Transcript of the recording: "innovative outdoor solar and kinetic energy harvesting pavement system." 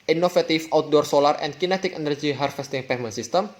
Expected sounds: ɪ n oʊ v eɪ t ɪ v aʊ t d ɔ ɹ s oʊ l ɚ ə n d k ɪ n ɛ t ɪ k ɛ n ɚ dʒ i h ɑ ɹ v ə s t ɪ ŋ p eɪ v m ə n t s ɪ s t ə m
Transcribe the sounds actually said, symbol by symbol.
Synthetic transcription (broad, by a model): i n oʊ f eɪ t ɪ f aʊ t d ɔ ɹ s oʊ l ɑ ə n k ɪ n ɛ t ɪ k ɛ n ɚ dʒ i h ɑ ɹ f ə s t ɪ ŋ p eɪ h m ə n s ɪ s t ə m